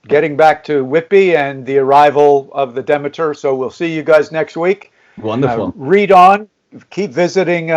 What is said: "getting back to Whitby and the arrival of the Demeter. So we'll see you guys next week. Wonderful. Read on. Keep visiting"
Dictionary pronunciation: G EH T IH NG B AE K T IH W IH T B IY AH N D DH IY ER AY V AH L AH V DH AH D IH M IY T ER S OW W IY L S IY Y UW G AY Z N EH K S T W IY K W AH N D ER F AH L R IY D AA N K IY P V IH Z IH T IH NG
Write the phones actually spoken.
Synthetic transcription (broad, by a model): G EH T IH NG B AE K T IH W IH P IY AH N DH IY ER AY V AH L AH V DH AH D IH M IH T ER S OW W IY L S IY Y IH G AY Z N EH K S T W IY K W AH N D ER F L R IY D N K IY P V IH Z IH T IH NG